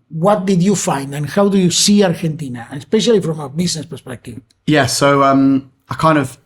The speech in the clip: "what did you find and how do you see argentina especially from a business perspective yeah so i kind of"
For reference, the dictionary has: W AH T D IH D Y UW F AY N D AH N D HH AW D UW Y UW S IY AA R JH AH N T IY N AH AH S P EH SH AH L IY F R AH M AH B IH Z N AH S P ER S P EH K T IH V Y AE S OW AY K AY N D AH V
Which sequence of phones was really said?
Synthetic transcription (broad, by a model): W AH T D IH D Y UW F AY N D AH N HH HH AW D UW Y UW S IY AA R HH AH N T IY N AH AH S P EH SH AH L IY F R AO M AH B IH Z N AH S P ER S P EH K T IH V Y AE S OW AY K AY N D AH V